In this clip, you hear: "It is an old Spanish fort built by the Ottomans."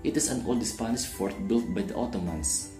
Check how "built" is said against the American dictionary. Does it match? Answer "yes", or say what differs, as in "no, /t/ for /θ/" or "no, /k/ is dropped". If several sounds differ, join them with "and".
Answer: yes